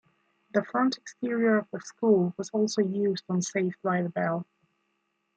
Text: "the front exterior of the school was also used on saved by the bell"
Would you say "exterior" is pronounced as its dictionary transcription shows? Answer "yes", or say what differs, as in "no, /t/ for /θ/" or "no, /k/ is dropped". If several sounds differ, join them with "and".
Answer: yes